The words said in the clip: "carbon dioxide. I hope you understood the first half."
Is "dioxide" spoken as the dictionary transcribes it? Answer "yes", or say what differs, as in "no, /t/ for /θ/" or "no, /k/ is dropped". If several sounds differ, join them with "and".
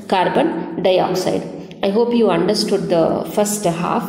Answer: yes